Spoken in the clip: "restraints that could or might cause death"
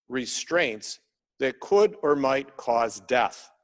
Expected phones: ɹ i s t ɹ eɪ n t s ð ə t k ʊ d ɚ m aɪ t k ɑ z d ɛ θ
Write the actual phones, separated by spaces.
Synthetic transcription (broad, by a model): ɹ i s t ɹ eɪ n t s ð ə t k ʊ d ɚ m aɪ t k ɑ z d ɛ θ